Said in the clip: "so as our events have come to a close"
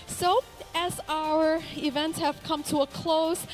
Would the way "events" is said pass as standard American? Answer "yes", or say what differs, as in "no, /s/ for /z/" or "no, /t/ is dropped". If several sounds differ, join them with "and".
yes